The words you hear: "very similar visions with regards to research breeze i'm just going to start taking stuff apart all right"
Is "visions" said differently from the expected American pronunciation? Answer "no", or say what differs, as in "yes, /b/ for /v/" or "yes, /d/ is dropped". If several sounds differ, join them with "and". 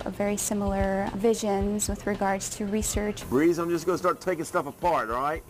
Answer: no